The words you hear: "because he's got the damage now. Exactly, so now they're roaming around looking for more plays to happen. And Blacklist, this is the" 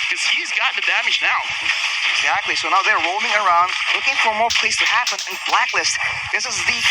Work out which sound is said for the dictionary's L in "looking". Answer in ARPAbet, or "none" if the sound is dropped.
L